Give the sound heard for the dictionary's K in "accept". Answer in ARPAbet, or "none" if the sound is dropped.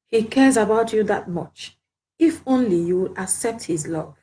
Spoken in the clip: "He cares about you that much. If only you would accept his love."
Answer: K